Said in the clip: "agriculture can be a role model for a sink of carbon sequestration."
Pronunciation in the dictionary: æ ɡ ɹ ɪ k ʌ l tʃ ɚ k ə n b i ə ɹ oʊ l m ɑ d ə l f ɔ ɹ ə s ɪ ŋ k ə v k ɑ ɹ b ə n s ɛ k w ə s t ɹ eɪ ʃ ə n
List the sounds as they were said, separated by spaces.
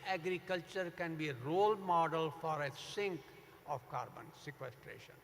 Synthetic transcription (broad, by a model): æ ɡ ɹ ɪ k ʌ l tʃ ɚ k ə n b i ə ɹ oʊ l m ɑ d ə l f ɔ ɹ ə s ɪ ŋ k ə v k ɑ ɹ b ə n s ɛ k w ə s t ɹ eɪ ʃ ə n